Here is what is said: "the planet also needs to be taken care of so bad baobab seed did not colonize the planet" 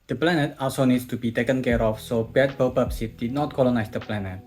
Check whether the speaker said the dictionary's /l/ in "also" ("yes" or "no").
no